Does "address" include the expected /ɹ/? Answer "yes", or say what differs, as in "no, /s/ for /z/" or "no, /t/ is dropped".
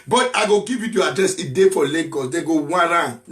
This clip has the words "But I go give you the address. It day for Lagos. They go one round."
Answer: yes